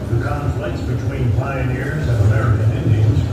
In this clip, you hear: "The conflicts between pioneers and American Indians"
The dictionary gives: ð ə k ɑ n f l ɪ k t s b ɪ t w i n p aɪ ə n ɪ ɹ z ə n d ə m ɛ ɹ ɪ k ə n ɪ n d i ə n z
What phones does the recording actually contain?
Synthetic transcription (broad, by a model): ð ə k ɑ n f l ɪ k t s b ɪ t w i n p aɪ ə n ɪ ɹ z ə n ə m ɛ ɹ ɪ k ə n ɪ n d i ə n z